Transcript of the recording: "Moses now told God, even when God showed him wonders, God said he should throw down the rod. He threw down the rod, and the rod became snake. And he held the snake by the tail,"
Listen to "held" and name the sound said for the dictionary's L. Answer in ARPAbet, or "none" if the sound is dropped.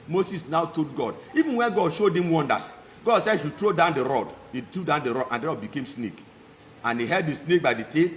none